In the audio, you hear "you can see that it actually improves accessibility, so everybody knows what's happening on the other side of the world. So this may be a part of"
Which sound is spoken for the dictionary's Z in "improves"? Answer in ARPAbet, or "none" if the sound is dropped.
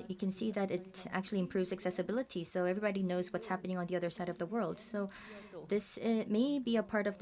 Z